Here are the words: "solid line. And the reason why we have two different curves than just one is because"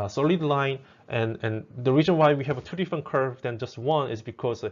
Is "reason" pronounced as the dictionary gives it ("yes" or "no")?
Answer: yes